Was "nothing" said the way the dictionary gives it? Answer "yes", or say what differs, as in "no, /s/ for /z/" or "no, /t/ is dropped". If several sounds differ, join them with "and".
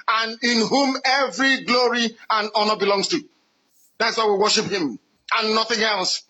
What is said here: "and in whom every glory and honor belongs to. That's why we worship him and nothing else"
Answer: yes